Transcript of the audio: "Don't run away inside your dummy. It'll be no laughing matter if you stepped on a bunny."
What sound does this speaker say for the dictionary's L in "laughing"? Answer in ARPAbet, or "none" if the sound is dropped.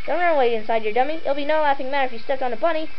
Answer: L